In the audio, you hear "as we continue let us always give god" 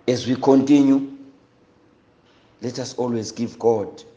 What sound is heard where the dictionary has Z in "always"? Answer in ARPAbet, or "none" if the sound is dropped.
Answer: Z